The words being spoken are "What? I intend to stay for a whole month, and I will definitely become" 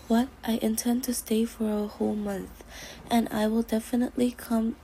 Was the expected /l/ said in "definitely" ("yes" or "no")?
yes